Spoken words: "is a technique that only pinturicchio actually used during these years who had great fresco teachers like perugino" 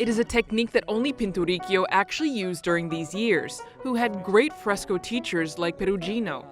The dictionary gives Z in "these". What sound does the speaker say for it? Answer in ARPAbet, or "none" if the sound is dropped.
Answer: Z